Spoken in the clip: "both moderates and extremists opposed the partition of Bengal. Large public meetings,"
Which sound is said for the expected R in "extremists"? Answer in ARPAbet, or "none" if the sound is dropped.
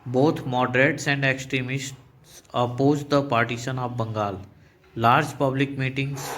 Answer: R